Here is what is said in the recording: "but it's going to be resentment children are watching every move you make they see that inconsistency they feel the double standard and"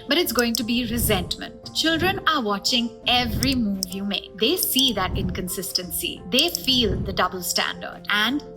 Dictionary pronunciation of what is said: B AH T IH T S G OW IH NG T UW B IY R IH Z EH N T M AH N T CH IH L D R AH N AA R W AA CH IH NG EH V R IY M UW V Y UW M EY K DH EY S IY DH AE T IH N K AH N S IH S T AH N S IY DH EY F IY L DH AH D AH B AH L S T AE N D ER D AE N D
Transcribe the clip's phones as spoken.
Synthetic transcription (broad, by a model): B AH T IH T S G OW IH NG T UW B IY R IH Z EH N T M AH N T CH IH L D R AH N AA R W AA CH IH NG EH V R IY M UW V Y UW M EY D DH EY S IY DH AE T IH N K AH N S IH S T AH N S IY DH EY F IY L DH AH D AH B AH L S T AE N D ER D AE N D